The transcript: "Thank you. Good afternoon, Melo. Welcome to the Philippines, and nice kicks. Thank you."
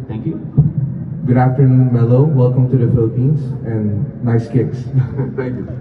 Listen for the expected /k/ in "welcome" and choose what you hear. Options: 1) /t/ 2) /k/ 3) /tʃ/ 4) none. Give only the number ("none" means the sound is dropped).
2